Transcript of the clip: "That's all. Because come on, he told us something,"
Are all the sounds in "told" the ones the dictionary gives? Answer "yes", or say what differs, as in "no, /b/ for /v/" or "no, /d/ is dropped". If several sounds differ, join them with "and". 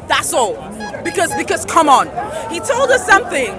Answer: yes